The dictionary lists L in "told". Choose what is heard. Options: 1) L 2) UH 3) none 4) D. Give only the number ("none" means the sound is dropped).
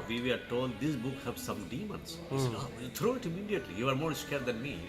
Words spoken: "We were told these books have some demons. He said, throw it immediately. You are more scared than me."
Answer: 1